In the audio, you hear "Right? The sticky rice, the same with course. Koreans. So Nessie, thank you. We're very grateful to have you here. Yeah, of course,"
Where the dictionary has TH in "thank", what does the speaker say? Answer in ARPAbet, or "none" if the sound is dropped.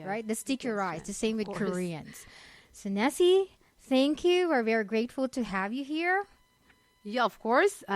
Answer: TH